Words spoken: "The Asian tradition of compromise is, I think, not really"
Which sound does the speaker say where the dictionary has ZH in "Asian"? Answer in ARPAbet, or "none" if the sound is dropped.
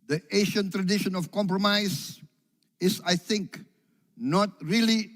SH